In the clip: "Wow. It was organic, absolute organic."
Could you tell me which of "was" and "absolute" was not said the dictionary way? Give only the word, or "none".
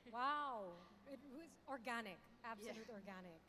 none